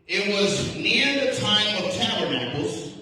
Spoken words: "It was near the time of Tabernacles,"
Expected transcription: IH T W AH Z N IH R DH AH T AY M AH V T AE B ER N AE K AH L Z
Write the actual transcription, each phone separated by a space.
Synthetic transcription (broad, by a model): IH T W AH Z N IH R DH AH T AY M AH V T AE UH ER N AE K L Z